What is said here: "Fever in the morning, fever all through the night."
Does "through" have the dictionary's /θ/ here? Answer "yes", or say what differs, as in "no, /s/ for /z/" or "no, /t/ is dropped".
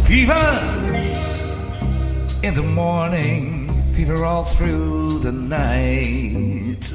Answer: yes